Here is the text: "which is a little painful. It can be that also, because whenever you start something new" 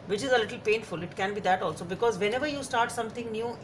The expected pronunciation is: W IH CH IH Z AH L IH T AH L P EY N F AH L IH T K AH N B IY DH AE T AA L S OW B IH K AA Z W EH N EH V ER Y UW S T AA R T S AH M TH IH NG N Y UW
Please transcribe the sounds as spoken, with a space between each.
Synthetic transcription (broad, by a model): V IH CH IH Z AH L IH T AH L P EY N F AH L IH T K AH N B IY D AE T AA L S OW B IH K AA Z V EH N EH V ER Y UW S T AA R T S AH M T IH NG N Y UW